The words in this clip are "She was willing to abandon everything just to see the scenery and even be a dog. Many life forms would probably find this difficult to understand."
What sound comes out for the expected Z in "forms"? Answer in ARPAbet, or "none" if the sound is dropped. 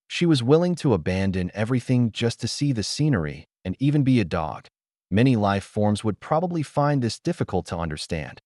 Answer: Z